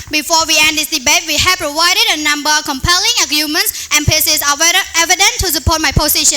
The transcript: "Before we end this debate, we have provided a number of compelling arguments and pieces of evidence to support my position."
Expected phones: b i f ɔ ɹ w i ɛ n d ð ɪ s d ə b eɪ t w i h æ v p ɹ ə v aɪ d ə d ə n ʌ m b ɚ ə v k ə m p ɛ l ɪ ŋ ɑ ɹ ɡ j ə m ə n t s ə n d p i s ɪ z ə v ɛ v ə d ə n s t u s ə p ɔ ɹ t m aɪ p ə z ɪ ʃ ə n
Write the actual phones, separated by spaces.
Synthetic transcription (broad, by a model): b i f ɔ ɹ w i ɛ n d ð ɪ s d ə b eɪ t w i h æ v p ɹ ə v aɪ d ə d ə n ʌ m b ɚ ə k ə m p ɛ l ɪ ŋ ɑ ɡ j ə m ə n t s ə n p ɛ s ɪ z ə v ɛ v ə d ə n t u s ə p ɔ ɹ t m aɪ p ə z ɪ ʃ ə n